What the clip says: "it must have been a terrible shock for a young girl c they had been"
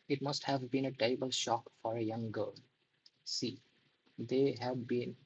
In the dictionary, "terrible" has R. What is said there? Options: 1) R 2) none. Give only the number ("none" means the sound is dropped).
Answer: 2